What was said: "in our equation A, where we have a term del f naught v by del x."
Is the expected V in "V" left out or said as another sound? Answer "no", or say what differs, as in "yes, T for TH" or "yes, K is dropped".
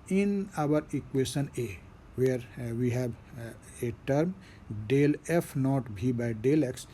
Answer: yes, B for V